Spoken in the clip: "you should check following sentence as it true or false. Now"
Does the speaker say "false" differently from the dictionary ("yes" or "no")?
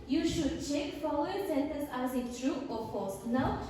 yes